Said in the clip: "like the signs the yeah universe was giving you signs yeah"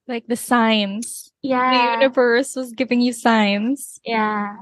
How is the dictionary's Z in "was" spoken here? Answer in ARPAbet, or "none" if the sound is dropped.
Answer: Z